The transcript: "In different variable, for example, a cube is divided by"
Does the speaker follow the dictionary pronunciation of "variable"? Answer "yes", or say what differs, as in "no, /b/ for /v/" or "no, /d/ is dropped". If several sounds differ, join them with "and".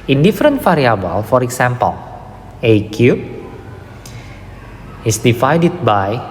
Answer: no, /f/ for /v/